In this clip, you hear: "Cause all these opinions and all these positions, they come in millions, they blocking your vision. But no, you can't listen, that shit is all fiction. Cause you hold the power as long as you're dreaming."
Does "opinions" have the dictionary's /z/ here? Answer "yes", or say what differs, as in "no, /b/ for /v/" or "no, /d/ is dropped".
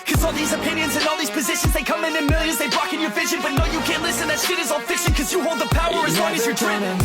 yes